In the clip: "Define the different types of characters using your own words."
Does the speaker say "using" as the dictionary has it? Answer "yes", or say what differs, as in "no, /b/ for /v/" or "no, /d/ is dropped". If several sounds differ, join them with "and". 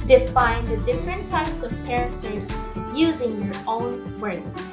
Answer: yes